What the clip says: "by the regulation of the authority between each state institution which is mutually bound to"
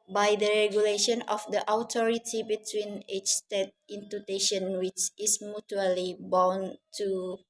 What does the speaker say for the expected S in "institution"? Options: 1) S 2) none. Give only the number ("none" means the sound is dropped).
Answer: 2